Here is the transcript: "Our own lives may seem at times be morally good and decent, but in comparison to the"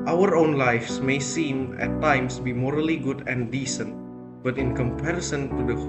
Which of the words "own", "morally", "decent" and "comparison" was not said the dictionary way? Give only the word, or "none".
none